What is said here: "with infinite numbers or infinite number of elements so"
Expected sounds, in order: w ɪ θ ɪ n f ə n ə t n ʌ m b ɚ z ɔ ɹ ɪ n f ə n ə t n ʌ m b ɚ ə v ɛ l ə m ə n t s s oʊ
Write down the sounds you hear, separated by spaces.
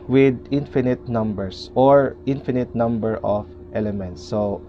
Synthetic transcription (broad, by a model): w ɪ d ɪ n f ə n ə t n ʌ m b ɚ s ɔ ɹ ɪ n f ə n ə t n ʌ m b ɚ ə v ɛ l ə m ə n t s s oʊ